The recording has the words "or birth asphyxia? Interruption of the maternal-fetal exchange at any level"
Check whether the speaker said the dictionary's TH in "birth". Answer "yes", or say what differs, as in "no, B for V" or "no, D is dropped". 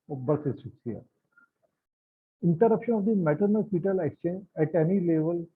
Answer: no, S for TH